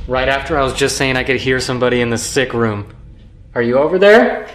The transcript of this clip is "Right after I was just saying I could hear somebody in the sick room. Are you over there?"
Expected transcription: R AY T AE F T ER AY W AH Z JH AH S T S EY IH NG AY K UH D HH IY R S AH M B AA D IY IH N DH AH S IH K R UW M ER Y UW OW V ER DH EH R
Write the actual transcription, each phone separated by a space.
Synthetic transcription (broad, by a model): R AY T AE F T ER AY W AH Z JH AH S T S EY IH NG AY K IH D HH IY R S AH M B AA D IY IH N DH AH S IH K R UW M ER Y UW OW V ER DH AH R